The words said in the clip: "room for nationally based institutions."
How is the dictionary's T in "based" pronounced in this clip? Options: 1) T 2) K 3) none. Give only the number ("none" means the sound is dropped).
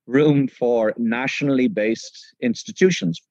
1